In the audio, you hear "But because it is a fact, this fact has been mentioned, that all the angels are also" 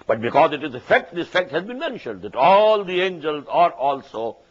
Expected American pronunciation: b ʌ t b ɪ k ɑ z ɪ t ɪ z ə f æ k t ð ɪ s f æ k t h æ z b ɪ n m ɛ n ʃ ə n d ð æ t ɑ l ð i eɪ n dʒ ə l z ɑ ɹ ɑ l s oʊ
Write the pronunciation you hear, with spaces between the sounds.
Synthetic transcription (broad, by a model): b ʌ t b ɪ k ɑ z ɪ t ɪ z ə f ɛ k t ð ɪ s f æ k t h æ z b ɪ n m ɛ n ʃ ə n d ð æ t ɑ l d i eɪ n dʒ ə l z ɑ ɹ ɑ l s oʊ